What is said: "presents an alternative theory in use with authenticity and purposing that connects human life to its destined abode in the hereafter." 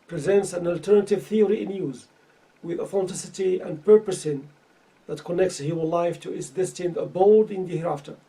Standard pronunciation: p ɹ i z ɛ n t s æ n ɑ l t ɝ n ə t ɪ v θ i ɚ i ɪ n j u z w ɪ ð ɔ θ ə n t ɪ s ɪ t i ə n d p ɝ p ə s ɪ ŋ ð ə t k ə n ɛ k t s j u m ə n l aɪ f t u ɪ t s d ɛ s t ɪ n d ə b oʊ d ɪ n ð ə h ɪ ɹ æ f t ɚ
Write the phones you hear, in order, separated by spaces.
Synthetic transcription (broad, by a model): p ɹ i z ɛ n t s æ n ɑ l t ɝ n ə t ɪ v θ i ɚ i ɪ n j u z w ɪ ð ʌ f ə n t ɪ s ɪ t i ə n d p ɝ p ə s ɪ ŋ ð ə t k ə n ɛ k t s j u m ə n l aɪ f t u ɪ t s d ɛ s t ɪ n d ə b oʊ d ɪ n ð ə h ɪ ɹ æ f t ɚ